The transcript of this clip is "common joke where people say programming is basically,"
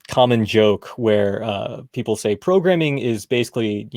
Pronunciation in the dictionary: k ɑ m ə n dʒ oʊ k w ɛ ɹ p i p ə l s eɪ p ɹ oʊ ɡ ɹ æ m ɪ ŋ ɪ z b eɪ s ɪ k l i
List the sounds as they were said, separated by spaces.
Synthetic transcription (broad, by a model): k ɑ m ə n dʒ oʊ k w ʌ ɹ p i p l s eɪ p ɹ oʊ ɡ ɹ æ m ɪ ŋ ɪ z b eɪ s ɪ k l i